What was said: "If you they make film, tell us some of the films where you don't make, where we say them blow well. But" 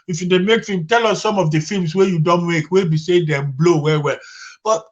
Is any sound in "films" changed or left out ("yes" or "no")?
yes